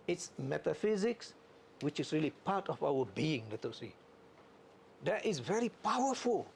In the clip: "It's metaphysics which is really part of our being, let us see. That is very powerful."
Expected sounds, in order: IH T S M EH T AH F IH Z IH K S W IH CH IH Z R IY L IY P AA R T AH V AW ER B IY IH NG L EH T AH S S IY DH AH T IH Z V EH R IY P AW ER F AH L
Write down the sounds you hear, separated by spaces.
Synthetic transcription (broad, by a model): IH T S M EH T AH F IH Z IH K S W IH CH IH S R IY L IY P AA T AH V AW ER B IY IH NG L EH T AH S S IY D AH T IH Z V EH R IY P AW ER F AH L